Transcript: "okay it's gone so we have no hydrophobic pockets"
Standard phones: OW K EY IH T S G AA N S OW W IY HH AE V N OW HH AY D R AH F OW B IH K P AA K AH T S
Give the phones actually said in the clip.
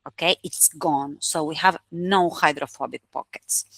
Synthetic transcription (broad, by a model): OW K EY IH T S G AA N S OW W IY HH AE V N OW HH AY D R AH F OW B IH K P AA K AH T S